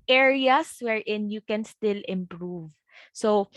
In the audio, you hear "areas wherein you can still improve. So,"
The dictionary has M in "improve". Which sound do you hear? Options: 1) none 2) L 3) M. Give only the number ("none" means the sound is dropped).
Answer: 3